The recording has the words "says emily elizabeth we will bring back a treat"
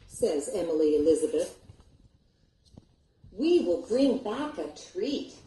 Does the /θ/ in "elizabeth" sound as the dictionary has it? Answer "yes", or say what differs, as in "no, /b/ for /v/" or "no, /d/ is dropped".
yes